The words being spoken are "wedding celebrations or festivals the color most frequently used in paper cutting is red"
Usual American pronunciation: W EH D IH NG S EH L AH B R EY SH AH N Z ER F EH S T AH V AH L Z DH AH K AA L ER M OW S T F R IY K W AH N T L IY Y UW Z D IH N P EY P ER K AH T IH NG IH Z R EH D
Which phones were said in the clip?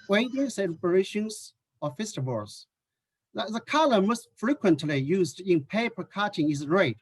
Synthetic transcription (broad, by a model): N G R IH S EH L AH R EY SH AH N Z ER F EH S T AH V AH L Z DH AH K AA L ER M OW S T F R IY K W AH N T L IY Y UW Z D IH N P EY P ER K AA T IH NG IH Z R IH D